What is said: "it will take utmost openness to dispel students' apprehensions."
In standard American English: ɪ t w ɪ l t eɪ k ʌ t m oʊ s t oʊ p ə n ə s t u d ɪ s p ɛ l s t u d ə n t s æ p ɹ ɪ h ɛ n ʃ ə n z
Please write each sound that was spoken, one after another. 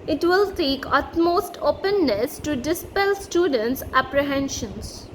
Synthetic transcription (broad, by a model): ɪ t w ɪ l s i k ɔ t m oʊ s t oʊ p ə n ə s t u d ɪ s p ɛ l s t u d ə n t s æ p ɹ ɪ h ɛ n ʃ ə n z